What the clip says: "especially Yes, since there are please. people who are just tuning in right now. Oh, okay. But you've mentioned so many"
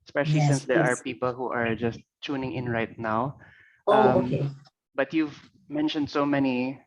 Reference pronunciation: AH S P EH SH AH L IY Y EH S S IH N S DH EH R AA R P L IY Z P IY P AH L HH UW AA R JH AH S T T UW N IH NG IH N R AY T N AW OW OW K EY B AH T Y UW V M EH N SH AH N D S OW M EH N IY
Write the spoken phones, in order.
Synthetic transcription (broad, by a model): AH S P EH SH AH L IY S S IH N S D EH R AA R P P IY P AH L HH UW AA R JH AH S T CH UW N IH NG IH N R AY T N AW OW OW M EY B AH T Y UW V M EH N SH AH N D S OW M EH N IY